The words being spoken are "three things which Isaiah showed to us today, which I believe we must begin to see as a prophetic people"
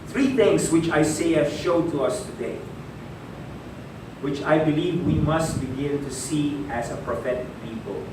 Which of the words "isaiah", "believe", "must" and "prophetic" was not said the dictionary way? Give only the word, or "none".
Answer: isaiah